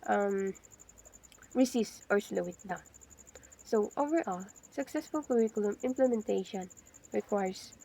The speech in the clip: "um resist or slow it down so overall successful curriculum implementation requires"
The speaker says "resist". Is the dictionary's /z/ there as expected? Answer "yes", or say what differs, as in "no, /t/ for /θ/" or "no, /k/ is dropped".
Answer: no, /s/ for /z/